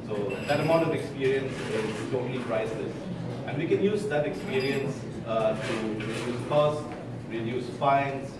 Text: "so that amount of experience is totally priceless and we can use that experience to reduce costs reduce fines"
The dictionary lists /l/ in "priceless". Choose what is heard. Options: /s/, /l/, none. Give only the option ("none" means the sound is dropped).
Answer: none